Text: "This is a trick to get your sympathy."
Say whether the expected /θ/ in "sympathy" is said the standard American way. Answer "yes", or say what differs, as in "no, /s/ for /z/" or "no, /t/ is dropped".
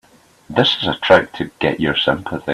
yes